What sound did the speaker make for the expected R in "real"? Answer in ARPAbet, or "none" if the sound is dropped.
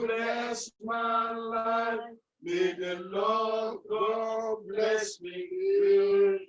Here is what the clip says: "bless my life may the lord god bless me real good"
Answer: W